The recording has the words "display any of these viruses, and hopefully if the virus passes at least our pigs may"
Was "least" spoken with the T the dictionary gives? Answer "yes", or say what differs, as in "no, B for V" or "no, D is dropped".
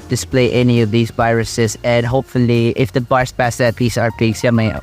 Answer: no, T is dropped